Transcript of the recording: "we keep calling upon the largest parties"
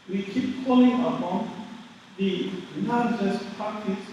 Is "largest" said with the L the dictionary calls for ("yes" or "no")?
no